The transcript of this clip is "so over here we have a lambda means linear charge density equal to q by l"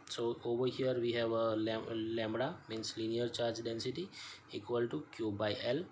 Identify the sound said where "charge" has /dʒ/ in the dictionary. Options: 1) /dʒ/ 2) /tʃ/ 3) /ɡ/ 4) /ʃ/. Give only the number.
1